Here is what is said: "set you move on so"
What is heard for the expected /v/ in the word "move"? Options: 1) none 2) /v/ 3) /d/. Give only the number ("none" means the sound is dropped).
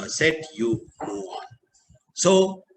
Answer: 1